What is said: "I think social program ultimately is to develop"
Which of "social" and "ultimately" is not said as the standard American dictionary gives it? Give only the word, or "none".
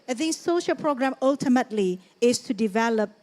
none